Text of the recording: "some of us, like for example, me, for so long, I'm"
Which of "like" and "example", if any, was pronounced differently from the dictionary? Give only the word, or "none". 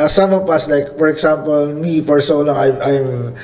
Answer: example